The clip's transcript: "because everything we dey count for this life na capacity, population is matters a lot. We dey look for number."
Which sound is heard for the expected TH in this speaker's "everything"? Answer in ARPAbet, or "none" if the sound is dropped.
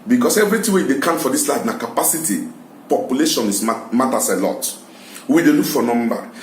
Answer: T